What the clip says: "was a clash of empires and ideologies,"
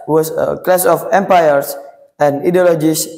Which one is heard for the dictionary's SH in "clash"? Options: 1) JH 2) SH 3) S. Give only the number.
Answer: 3